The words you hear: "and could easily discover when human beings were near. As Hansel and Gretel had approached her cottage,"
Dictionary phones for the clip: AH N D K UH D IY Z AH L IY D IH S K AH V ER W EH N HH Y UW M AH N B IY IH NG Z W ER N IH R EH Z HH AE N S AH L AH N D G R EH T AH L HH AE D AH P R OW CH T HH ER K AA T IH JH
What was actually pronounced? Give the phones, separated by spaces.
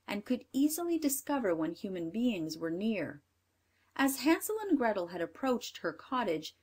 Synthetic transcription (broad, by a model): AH N K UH D IY Z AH L IY D IH S K AH V ER W EH N HH Y UW M AH N B IY IH NG Z W ER N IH R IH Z HH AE N S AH L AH N G R EH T L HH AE D AH P R OW CH T HH ER K AA T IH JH